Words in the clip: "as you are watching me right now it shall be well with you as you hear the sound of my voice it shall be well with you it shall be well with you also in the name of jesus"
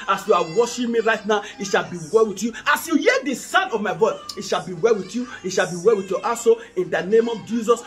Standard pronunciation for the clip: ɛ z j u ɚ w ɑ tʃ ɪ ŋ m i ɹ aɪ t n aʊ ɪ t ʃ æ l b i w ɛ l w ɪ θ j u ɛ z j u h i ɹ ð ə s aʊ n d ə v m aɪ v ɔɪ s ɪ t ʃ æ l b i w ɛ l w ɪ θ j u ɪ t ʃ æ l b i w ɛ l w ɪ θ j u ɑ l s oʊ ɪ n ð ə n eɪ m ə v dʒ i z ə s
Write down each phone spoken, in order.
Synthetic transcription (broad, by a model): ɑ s j u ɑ w ɑ ʃ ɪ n m i ɹ aɪ t n aʊ ɪ t ʃ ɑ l b i w ɛ l w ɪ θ j u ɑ s j u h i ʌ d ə s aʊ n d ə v m aɪ v ɔɪ s ɪ t ʃ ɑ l b i w ɛ l w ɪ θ j u ɪ t ʃ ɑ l b i w ɛ l w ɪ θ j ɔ ɑ s oʊ ɪ n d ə n eɪ m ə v dʒ i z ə s